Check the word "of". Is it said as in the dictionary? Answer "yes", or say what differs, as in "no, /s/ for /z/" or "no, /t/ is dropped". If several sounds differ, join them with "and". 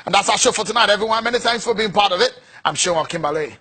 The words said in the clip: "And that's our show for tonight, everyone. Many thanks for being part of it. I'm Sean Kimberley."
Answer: yes